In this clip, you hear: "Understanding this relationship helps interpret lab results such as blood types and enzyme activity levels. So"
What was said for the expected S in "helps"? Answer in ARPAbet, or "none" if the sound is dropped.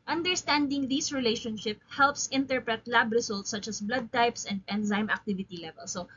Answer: S